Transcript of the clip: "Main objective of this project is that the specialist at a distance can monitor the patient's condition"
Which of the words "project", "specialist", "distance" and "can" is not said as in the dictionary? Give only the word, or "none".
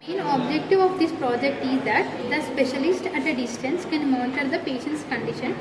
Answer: none